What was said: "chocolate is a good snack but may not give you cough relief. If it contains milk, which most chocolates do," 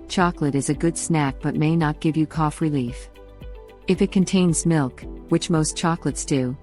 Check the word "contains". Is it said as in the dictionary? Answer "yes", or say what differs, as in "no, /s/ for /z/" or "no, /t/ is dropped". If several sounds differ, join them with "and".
yes